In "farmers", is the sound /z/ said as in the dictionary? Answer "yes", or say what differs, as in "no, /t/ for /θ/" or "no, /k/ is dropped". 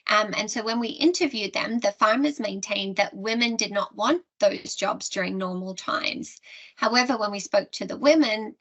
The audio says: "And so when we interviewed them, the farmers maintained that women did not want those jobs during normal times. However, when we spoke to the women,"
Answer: yes